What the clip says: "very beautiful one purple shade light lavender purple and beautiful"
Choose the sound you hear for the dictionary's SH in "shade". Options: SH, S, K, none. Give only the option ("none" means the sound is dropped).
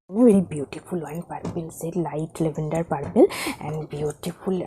S